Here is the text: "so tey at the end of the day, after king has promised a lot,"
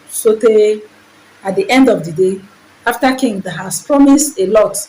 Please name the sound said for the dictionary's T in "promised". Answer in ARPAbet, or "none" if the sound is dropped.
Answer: T